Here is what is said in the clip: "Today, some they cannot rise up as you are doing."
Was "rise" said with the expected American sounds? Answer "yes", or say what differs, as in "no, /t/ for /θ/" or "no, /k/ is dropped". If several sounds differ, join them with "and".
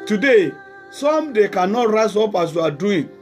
no, /s/ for /z/